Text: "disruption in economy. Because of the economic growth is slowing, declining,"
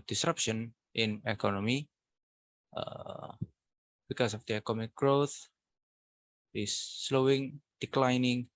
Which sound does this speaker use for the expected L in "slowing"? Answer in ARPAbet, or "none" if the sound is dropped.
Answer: L